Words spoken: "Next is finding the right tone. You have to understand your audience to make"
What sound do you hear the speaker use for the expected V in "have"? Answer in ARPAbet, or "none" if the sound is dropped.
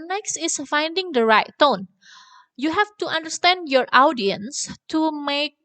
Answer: F